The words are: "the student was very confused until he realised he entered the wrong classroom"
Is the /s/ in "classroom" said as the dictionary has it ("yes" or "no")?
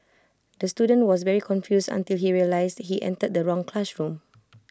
no